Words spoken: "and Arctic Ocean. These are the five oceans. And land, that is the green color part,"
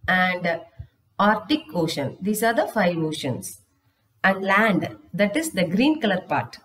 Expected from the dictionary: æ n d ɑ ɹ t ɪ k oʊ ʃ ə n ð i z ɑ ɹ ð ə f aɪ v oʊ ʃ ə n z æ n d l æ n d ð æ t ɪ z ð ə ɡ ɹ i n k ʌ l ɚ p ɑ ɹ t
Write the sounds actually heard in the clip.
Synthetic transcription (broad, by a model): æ n d ɑ ɹ t ɪ k oʊ ʃ ə n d i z ɑ ɹ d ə f aɪ v oʊ ʃ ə n s æ n d l æ n d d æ t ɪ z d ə ɡ ɹ i n k ʌ l ɚ p ɑ ɹ t